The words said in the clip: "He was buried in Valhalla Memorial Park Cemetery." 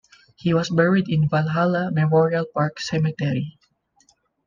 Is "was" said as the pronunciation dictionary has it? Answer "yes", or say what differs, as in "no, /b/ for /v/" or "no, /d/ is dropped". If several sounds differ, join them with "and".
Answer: no, /s/ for /z/